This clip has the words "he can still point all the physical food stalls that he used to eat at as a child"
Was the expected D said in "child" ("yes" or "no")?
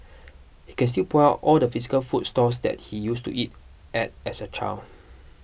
no